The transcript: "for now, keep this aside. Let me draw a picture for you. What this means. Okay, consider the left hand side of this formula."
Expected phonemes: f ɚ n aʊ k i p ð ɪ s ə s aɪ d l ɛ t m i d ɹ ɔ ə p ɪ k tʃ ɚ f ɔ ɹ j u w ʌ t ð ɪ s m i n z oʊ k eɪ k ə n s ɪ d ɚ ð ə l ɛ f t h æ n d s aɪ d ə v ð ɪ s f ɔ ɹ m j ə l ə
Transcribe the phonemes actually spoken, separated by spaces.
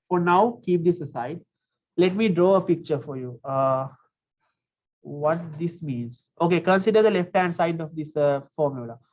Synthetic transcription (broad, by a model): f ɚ n aʊ k i p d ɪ s ə s aɪ d l ɛ t m i d ɹ ɔ ə p ɪ k tʃ ɚ f ɔ ɹ j u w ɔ t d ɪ s m i n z oʊ k eɪ k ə n s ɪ d ɚ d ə l ɛ f t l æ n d s aɪ d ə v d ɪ s f ɔ ɹ m j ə l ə